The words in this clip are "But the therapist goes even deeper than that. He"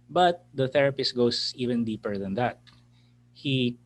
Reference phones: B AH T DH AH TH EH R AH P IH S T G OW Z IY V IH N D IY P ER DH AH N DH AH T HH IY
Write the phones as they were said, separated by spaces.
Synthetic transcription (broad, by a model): B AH T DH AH TH EH R AH P IH S T G OW S IY V IH N D IY P ER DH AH N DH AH T HH IY